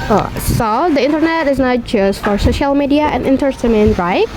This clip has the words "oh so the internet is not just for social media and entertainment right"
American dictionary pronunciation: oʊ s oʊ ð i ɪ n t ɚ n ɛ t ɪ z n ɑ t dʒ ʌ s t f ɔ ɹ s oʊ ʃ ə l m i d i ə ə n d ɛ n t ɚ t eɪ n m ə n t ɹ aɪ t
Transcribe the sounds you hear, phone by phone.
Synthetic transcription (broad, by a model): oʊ s oʊ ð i ɪ n t ɚ n ɛ t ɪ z n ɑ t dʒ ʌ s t f ɔ ɹ s oʊ ʃ ə l m i d i ə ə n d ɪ n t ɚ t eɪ m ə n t ɹ aɪ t